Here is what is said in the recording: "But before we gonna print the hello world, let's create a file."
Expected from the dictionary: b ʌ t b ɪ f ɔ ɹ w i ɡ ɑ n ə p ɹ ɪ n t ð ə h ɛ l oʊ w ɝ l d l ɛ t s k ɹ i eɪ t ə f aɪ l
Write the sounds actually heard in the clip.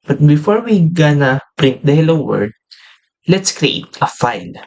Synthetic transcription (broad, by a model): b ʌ t b ɪ f ɔ ɹ w i ɡ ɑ n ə p ɹ ɪ n t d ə h ɛ l oʊ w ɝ d l ɛ t s k ɹ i eɪ t ə f aɪ l